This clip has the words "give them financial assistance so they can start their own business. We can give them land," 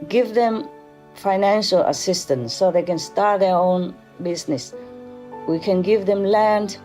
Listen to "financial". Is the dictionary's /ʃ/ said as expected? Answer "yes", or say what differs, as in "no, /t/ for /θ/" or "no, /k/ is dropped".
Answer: yes